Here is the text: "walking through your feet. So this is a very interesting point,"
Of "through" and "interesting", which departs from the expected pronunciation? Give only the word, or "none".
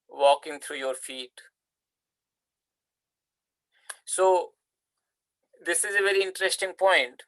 through